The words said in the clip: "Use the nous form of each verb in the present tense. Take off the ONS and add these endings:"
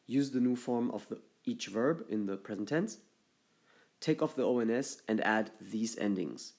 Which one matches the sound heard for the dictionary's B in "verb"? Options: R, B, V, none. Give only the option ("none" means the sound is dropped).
B